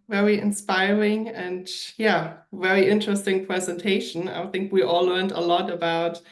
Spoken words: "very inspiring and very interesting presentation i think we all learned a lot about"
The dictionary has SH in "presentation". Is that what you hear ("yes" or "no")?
yes